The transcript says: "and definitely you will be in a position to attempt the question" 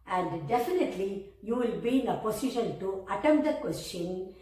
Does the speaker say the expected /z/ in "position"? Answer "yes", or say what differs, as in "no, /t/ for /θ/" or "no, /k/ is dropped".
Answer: no, /s/ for /z/